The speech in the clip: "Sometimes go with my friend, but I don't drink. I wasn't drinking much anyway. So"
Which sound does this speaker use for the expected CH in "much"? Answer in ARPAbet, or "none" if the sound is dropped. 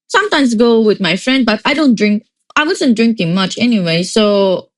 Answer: CH